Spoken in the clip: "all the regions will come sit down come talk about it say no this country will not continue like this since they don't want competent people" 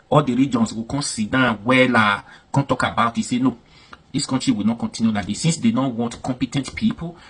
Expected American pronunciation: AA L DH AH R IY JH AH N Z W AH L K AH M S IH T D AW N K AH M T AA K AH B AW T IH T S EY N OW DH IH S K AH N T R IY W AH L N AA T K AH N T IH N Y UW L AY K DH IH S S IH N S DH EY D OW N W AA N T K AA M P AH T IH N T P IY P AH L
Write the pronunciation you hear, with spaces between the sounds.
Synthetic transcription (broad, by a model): AA L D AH R IY JH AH N S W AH K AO S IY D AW L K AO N T AA K AH B AW T IH T S EY N OW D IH S K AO N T R IY W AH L N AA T K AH N T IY N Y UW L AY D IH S S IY N S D EY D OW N W AA N T K AA M P AH T IH N T P IY P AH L